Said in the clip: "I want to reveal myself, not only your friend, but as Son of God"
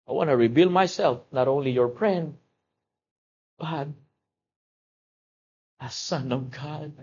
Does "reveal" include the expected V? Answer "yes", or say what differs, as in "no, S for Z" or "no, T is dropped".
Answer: no, B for V